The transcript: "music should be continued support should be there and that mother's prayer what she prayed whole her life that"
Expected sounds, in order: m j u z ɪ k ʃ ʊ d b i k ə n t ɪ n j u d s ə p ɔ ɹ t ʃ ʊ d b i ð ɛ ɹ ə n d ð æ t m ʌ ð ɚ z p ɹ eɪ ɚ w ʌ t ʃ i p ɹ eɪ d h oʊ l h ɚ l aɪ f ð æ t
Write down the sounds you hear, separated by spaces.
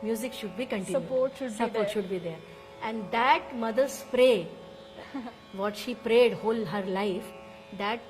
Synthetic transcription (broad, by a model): m j u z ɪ k ʃ ʊ d b i k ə n t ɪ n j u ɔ s ə p ɔ ɹ t ʃ ʊ d b i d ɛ ɹ ə n d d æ t m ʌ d ɚ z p ɹ eɪ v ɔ t ʃ i p ɹ eɪ d h oʊ l h ɚ l aɪ f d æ t